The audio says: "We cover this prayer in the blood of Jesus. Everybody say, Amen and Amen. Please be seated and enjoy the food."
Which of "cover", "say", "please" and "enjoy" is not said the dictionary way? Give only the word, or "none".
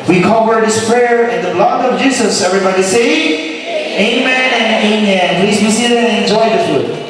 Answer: cover